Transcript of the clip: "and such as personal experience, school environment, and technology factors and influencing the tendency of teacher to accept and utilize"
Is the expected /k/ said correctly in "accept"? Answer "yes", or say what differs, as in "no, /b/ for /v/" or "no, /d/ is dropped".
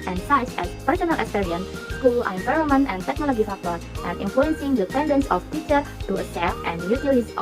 no, /k/ is dropped